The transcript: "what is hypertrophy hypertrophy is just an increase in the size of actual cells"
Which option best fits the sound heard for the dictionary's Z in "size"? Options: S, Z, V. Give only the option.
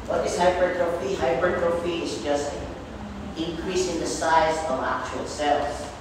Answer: Z